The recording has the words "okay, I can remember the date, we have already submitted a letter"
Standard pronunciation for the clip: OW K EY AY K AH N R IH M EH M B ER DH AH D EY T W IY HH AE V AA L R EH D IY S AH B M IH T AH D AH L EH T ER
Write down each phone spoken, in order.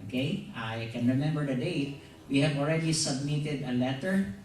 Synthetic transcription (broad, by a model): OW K EY AY K AH N R IH M EH M B ER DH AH D EY T W IY HH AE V AA L R EH D IY S AH B M IH T AH D AH L EH T ER